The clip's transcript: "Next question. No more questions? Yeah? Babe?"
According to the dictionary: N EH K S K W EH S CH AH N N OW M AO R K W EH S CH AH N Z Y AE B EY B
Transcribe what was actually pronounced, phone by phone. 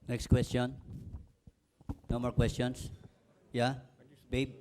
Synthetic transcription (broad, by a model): N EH K S K W EH S CH AH N N OW M AO R K W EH S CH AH N S Y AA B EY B